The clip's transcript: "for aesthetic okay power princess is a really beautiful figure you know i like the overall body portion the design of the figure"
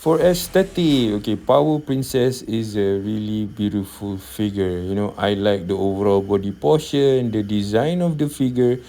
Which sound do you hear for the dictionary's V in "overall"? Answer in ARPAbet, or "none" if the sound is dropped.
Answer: V